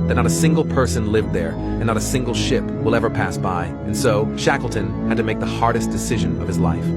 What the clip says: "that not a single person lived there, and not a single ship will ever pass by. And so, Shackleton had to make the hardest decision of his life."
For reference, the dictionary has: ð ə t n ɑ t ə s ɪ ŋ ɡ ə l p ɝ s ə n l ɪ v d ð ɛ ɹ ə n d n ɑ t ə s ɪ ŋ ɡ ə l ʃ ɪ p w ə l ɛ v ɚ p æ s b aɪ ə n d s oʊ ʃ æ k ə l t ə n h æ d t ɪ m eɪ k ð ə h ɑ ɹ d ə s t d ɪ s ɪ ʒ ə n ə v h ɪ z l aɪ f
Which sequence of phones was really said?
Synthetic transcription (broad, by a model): ð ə t n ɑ t ə s ɪ ŋ ɡ l p ɝ s ə n l ɪ v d ð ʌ ɹ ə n n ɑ t ə s ɪ ŋ ɡ l ʃ ɪ p w ə l ɛ v ɚ p æ s b aɪ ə n s oʊ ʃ æ k l t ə n h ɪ d t ɪ m eɪ k ð ə h ɑ ɹ d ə s d ɪ s ɪ ʒ ə n ə v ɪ z l aɪ f